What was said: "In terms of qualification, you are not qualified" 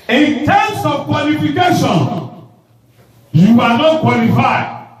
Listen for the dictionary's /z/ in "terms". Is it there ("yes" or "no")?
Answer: no